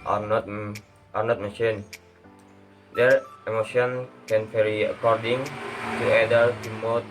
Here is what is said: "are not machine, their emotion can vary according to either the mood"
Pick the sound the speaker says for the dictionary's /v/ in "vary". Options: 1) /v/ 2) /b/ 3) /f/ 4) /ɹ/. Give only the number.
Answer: 3